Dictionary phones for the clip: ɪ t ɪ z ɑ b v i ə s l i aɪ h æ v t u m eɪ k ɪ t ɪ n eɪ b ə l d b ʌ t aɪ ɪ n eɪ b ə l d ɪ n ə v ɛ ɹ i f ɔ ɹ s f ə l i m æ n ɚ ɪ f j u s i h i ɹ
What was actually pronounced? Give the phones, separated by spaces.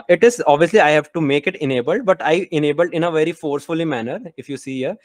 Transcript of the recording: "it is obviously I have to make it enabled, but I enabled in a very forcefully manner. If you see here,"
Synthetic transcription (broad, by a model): ɪ t ɪ z ɑ b v i ə s l i aɪ h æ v t u m eɪ k ɪ t ɪ n eɪ b ə l d b ʌ t aɪ ɪ n eɪ b ə l d ɪ n ə v ɛ ɹ i f ɔ ɹ s f ə l i m æ n ɚ ɪ f j u s i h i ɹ